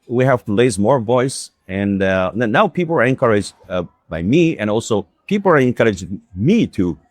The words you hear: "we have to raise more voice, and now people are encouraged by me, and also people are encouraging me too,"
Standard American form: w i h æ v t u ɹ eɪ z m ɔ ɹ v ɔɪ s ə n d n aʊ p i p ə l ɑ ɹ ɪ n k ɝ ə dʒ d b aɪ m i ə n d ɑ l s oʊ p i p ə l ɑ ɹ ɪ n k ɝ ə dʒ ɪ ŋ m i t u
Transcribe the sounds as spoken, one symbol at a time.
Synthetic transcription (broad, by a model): w i h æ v t u l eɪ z m ɔ ɹ v ɔɪ s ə n n aʊ p i p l ɑ ɹ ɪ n k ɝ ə dʒ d b aɪ m i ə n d ɑ l s oʊ p i p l ɑ ɹ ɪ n k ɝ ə dʒ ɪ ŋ m i t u